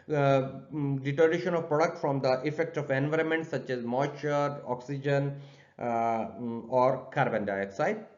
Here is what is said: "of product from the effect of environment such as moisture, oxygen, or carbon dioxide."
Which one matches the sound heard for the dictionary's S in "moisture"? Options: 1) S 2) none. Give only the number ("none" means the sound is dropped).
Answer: 2